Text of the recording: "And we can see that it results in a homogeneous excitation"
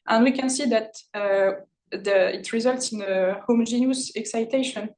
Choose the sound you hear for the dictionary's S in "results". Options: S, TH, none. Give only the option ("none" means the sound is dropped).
S